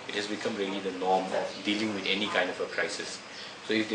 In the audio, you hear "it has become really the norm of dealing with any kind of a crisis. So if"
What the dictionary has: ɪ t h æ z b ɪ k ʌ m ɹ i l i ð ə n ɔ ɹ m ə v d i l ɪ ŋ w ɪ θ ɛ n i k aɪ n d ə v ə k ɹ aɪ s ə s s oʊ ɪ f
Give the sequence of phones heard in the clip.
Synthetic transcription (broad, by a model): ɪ t h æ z b ɪ k ʌ m ɹ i l i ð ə n ɔ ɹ m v d i l ɪ ŋ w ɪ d ɛ n i k aɪ n d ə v ə k ɹ aɪ s ə s s oʊ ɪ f